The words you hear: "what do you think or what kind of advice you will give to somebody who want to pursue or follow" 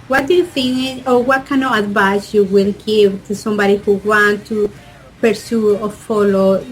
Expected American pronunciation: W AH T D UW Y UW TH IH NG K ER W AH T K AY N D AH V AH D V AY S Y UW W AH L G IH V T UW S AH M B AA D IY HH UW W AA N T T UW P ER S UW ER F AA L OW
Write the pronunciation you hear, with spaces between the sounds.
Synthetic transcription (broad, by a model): W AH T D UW Y UW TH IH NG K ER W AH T K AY N AH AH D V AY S Y UW W AH L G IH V T UW S AH M B AA D IY HH UW W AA N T T UW P ER S UW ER F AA L OW